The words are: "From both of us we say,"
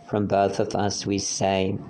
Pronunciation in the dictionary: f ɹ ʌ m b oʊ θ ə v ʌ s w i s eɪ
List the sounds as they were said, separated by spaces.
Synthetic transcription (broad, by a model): f ɹ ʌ m b oʊ θ ə v ʌ s w i s eɪ